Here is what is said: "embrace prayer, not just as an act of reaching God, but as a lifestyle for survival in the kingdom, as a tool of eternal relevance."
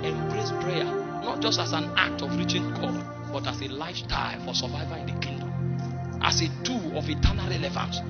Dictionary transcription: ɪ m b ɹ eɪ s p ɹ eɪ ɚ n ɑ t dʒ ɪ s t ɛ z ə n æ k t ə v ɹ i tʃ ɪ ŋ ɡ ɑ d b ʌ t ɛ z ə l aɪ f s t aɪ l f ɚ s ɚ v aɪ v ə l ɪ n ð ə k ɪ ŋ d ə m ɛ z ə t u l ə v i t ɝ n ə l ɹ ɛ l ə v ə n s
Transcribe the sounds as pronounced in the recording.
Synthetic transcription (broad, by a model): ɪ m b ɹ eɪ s p ɹ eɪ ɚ n ɑ t dʒ ɪ s t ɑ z ə n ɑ k t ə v ɹ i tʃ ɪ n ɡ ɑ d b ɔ t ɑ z ə l aɪ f t aɪ f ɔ s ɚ v aɪ v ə ɪ n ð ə k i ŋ d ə m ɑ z ə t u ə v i t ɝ n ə l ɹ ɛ l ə v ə n s